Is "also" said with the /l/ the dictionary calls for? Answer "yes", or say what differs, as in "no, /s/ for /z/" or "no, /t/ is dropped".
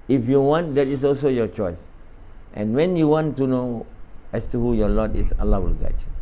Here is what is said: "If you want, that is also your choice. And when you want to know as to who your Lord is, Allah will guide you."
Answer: yes